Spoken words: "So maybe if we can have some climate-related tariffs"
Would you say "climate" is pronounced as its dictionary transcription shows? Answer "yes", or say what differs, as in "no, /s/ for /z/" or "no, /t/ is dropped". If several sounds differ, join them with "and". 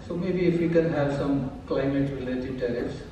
yes